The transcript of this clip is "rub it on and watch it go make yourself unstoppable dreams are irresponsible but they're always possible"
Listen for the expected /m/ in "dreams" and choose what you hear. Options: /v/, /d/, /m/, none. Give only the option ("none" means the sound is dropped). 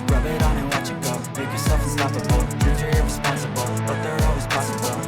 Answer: none